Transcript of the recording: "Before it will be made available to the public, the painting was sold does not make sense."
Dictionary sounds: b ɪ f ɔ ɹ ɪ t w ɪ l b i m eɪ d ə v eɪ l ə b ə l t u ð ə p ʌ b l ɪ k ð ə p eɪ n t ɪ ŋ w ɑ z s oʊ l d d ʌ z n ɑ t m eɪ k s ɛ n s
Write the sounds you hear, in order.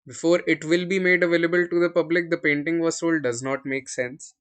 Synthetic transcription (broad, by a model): b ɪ f ɔ ɹ ɪ t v ɪ l b i m eɪ d ə v eɪ l ə b ə l t u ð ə p ʌ b l ɪ k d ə p eɪ n t ɪ ŋ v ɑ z s oʊ l d d ʌ z n ɑ t m eɪ k s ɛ n s